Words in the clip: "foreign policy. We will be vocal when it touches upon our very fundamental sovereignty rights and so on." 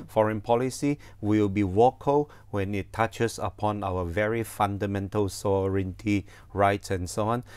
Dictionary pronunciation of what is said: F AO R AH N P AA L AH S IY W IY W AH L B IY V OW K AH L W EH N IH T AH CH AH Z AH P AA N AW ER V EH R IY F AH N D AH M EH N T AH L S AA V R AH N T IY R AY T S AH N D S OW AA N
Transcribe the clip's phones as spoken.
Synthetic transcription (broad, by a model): F AO R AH N P AA L AH S IY W IY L B IY W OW K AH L W EH N IH T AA CH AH S AH P AA N AW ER V EH R IY F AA N D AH M EH N T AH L S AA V R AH N T IY R AY T S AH N S OW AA N